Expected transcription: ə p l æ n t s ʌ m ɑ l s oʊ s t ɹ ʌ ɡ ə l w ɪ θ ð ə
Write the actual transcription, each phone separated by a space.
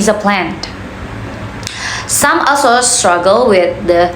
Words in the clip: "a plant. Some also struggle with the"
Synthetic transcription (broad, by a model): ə p l æ n t s ʌ m ɑ l s oʊ s t ɹ ʌ ɡ ə l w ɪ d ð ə